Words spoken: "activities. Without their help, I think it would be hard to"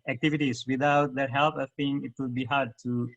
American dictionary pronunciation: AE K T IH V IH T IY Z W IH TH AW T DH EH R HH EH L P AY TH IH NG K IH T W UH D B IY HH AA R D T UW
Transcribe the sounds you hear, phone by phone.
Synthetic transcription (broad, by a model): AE K T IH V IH T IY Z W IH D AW T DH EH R HH EH L P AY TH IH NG IH T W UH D B IY HH AA R D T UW